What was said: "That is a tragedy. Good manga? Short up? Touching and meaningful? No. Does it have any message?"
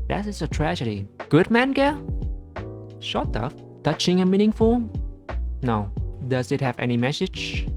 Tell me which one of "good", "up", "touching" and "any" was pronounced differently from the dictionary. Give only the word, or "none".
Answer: up